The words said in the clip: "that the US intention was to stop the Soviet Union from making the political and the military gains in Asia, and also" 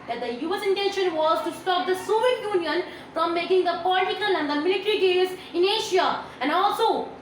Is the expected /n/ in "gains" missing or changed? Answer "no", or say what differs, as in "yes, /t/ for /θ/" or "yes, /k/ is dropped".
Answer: yes, /n/ is dropped